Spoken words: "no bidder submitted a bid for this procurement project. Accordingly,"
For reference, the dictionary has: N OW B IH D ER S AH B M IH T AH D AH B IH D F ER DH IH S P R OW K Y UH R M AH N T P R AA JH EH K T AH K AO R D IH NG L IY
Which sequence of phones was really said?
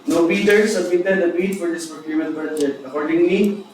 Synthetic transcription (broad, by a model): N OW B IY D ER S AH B IH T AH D AH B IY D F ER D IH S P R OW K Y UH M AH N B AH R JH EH T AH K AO R D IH NG L IY